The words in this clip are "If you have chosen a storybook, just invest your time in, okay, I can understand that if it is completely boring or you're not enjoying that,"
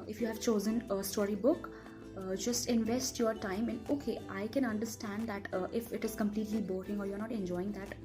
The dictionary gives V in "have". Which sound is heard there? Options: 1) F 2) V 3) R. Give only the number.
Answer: 2